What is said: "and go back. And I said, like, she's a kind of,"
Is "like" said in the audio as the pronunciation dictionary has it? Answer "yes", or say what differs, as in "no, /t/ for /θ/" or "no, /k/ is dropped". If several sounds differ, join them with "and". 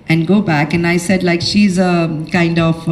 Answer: yes